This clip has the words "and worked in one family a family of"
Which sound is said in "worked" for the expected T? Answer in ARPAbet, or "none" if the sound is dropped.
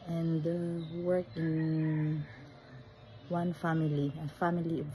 none